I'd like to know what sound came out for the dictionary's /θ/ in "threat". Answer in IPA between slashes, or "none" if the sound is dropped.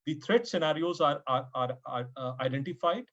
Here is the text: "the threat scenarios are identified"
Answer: /t/